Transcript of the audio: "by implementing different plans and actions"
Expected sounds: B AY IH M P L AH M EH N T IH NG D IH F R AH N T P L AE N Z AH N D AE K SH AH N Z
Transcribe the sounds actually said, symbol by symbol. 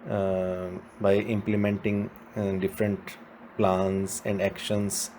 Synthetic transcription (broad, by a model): B AY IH M P L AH M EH N T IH NG D IH F R AH N T P L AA N S AH N D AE K SH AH N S